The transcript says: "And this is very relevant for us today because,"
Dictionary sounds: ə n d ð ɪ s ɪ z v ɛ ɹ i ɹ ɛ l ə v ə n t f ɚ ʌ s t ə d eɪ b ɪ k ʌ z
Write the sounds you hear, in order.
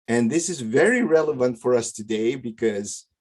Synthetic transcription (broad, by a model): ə n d ð ɪ s ɪ z v ɛ ɹ i ɹ ɛ l ə v ə n t f ɚ ʌ s t ə d eɪ b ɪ k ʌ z